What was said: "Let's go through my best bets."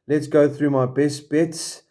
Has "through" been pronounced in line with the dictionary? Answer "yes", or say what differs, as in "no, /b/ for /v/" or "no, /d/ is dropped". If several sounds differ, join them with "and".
yes